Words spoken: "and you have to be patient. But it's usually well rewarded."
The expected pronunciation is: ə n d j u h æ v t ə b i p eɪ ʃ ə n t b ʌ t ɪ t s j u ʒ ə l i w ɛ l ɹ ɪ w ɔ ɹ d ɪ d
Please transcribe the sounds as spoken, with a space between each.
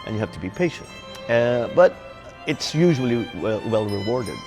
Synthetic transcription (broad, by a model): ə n j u h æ f t ə b i p eɪ ʃ ə n t b ʌ t ɪ t s j u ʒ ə l i w ɛ l ɹ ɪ w ɔ ɹ d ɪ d